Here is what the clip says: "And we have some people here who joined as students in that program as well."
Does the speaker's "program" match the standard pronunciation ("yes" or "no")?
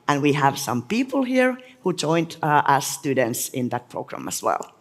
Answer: yes